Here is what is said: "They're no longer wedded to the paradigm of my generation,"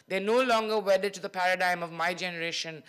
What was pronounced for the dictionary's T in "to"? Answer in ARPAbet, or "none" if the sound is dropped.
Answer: T